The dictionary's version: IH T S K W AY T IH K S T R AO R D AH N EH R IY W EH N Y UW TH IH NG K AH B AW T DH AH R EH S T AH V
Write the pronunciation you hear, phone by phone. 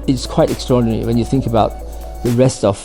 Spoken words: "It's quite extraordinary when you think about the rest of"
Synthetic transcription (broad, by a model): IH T S K W AY T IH K S T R AO R D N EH R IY W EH N Y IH TH IH NG K AH B AW T DH AH R EH S T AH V